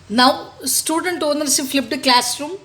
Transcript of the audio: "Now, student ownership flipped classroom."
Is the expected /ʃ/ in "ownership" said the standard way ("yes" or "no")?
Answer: no